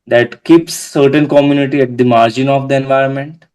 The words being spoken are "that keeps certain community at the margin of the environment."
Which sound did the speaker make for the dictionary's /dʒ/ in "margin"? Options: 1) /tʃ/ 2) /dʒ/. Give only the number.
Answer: 2